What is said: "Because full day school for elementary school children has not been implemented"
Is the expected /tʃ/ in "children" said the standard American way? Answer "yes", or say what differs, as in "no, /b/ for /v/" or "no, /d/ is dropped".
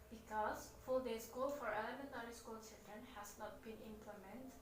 no, /s/ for /tʃ/